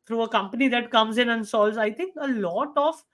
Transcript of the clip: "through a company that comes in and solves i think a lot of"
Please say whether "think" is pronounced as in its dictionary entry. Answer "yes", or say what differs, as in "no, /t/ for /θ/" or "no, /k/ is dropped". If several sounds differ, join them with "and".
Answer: no, /t/ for /θ/